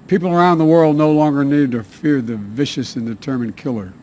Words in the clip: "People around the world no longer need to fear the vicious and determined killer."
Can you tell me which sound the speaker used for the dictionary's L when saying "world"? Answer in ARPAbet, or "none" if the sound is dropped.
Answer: L